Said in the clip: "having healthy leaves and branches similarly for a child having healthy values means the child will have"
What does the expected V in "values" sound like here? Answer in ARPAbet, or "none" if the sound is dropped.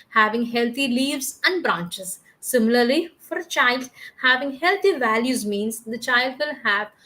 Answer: V